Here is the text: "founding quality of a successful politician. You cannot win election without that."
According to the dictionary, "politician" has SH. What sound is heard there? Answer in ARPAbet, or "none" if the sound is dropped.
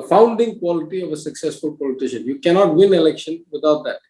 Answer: SH